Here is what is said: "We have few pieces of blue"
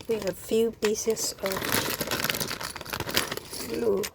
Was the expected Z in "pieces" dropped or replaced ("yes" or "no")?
yes